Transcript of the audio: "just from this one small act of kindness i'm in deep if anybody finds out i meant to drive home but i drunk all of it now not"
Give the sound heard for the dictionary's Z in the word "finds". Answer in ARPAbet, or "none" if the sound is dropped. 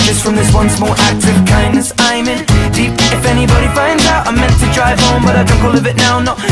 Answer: Z